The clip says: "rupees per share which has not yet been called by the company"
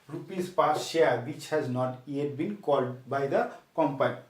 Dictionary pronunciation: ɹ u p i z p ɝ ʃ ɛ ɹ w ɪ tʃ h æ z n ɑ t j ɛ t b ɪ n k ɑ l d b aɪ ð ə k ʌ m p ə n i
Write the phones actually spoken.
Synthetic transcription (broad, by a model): ɹ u p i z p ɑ s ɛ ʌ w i tʃ h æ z n ɑ t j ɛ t b ɪ n k ɑ l d b aɪ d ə k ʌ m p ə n